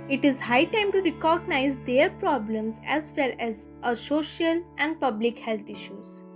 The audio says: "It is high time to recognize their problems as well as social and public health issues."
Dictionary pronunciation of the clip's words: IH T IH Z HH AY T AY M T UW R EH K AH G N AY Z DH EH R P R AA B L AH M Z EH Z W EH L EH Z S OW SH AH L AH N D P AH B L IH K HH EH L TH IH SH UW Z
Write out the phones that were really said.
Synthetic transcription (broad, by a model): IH T IH Z HH AY T AY M T UW R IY K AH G N AY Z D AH R P R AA B L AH M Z EH Z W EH L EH Z S OW SH AH L AH N D P AH B L IH K HH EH L T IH SH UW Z